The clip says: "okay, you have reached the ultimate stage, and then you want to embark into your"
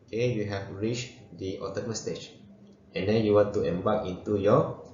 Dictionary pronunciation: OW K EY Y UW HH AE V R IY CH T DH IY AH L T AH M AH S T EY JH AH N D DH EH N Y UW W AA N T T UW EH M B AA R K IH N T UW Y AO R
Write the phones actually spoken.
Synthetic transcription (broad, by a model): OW K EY Y UW HH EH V R IY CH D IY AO T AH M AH S T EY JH AH N D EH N Y UW W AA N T T UW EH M B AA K IH N T UW Y AO